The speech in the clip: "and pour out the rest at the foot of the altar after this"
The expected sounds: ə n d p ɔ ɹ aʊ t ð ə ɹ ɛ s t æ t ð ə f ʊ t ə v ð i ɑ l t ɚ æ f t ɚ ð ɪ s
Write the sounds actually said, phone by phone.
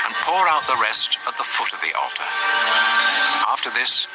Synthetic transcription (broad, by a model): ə n p ɔ ɹ aʊ t ð ə ɹ ɛ s t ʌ t ð ə f ʊ t ə v ð i ɑ l t ɚ æ f t ɚ ð ɪ s